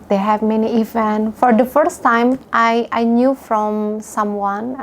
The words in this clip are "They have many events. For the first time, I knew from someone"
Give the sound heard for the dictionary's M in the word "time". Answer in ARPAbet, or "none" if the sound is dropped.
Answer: none